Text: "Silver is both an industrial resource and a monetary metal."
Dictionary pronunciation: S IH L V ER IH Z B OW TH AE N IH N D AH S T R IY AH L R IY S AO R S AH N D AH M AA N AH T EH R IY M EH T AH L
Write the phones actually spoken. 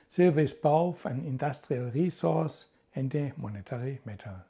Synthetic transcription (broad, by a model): S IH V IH S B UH F AE N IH N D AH S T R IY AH L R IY S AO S AH N D AH M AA N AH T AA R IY M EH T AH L